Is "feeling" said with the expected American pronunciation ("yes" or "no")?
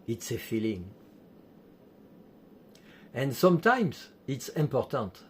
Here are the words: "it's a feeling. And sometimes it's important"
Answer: yes